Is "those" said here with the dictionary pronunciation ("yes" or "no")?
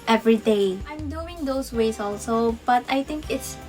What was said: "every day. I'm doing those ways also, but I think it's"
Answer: no